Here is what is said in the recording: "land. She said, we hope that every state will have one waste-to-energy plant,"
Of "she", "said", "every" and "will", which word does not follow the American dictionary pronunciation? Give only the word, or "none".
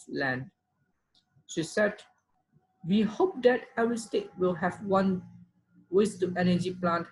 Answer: every